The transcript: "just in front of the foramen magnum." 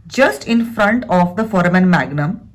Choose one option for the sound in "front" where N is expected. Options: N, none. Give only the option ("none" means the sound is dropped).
N